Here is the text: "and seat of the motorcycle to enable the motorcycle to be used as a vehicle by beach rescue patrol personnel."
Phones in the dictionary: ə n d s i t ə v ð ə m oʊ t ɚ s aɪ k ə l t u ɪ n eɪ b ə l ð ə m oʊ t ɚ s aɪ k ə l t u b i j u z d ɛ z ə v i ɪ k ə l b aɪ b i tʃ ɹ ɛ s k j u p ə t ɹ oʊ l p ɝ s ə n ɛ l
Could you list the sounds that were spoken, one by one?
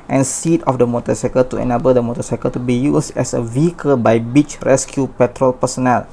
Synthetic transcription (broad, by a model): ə n s i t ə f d ə m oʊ t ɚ s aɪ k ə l t u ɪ n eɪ b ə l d ə m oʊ t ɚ s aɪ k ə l t u b i j u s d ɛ s ə v i ɪ k ə l b aɪ b i tʃ ɹ ɛ s k j u p ə t ɹ oʊ l p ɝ s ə n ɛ l